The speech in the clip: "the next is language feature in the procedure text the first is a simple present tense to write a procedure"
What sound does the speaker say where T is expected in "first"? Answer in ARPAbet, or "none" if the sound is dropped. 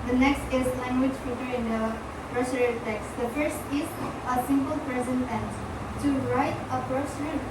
T